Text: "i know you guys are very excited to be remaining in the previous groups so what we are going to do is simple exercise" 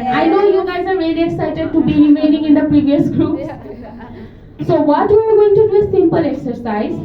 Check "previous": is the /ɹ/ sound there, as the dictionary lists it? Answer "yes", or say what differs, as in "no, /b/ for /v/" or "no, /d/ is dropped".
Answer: yes